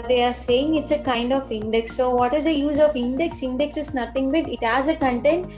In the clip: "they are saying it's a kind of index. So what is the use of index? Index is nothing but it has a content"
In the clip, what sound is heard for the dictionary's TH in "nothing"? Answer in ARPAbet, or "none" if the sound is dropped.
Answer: T